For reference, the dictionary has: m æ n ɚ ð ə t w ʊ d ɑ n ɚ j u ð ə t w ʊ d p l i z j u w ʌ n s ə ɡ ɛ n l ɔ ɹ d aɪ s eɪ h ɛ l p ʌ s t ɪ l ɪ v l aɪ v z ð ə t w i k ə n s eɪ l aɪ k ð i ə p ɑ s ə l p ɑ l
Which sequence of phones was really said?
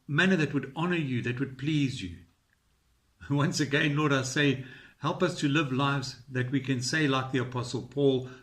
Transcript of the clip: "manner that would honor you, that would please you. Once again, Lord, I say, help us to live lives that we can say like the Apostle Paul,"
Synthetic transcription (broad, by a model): m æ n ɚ ð ə t w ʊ d ɑ n ɚ j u ð ə t w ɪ d p l i z j u w ʌ n s ə ɡ ɛ n l ɔ ɹ d aɪ s eɪ h ɛ l p ʌ s t ɪ l ɪ v l aɪ v z ð ə t w i k ə n s eɪ l aɪ k ð i ə p ɑ s ə l p ɑ l